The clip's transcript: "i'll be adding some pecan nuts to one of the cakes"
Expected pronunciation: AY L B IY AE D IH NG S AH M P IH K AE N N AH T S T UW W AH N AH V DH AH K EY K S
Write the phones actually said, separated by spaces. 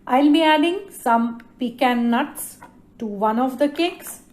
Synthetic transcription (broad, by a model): AY L B IY AE D IH NG S AH M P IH K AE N N AH T S T UW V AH N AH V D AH K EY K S